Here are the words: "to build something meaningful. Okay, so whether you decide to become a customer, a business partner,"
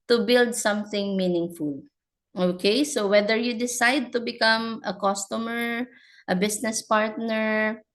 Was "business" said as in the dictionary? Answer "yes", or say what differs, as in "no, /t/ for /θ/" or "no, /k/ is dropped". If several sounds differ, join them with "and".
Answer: no, /s/ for /z/